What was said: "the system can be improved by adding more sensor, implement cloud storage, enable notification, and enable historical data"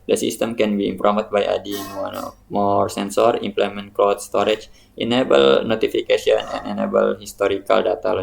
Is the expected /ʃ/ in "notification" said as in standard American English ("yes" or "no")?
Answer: no